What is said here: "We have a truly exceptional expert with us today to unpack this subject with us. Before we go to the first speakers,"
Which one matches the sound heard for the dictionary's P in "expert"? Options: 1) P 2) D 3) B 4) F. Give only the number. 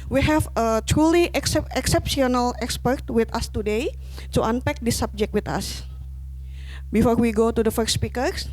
1